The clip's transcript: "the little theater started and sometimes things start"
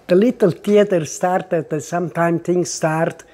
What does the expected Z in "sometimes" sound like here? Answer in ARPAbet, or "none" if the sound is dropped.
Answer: none